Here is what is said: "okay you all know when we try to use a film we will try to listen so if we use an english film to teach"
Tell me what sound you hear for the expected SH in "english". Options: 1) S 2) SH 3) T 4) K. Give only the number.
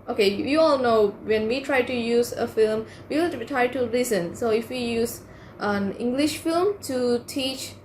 2